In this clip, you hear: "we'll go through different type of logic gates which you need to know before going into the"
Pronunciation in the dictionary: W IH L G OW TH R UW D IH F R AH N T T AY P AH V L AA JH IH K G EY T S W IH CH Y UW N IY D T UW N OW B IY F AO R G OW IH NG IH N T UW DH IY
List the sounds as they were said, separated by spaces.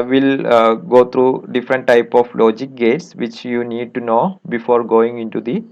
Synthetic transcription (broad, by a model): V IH L G OW T R UW D IH F R AH N T T AY P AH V L AA JH IH K G EY T S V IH CH Y UW N IY D T UW N OW B IY F AO R G OW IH NG IH N T UW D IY